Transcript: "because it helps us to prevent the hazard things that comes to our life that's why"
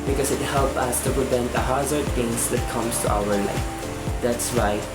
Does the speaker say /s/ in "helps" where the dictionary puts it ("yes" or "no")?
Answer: no